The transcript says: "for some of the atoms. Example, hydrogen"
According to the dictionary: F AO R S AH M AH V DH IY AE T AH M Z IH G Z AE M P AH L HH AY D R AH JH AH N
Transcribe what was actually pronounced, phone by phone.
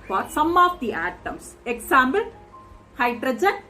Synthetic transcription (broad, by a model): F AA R S AH M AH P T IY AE T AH M S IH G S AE M B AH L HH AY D R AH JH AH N